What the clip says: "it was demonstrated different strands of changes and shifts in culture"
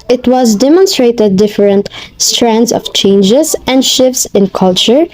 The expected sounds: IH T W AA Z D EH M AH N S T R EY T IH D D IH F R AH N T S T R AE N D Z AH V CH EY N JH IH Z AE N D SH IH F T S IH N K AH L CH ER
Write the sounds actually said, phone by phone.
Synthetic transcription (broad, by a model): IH T W AA Z D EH M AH N S T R EY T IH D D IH F R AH N T S T R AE N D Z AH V CH EY N JH IH Z AE N D SH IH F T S IH N K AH L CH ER